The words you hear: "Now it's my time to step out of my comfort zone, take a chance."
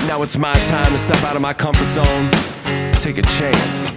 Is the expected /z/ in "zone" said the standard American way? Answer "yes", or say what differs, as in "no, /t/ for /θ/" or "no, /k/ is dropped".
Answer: no, /s/ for /z/